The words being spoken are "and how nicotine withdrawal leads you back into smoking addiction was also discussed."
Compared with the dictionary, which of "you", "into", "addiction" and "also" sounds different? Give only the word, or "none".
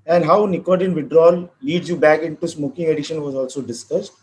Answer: addiction